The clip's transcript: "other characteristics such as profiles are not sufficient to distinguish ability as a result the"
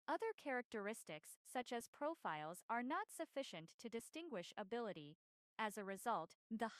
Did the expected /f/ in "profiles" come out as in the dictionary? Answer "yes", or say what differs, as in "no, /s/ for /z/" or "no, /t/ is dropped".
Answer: yes